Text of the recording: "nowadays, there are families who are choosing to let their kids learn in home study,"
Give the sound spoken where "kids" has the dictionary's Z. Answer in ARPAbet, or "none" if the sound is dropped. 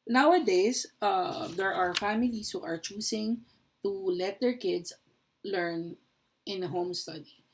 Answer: S